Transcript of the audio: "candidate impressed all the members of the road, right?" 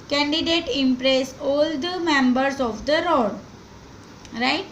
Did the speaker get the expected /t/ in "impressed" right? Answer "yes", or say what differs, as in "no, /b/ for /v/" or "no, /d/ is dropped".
no, /t/ is dropped